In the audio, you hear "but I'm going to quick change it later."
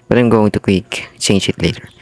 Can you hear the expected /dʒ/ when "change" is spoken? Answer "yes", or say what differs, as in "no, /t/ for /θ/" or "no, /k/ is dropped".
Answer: no, /ʃ/ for /dʒ/